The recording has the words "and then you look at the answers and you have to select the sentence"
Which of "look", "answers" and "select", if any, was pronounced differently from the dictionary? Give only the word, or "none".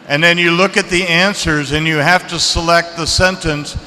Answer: none